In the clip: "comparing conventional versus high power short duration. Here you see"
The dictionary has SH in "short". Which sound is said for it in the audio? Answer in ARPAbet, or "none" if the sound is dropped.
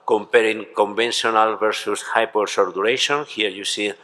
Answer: S